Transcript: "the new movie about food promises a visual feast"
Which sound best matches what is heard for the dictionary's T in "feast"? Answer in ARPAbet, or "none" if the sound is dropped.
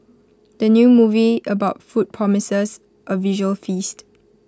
T